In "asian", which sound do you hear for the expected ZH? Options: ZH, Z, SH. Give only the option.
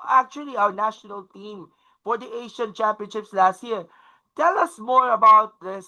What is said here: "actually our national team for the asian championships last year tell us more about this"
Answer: SH